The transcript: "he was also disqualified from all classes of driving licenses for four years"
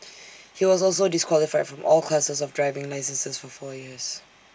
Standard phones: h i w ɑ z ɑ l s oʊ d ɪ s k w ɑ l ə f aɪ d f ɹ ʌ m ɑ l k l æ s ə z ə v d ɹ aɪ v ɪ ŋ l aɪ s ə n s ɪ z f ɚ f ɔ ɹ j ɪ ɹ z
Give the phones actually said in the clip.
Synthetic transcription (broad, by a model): h i w ɑ z ɑ l s oʊ d ɪ s k w ɑ l ə f aɪ d f ɹ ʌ m ɑ l k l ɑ s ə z ə v d ɹ aɪ v ɪ ŋ l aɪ s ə n s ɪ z f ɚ f ɔ j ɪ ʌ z